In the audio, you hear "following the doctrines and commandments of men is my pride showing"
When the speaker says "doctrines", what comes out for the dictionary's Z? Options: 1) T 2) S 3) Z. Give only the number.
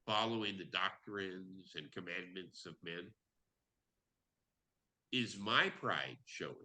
3